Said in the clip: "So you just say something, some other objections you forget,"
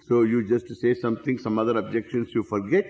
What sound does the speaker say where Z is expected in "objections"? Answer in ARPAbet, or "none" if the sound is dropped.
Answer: S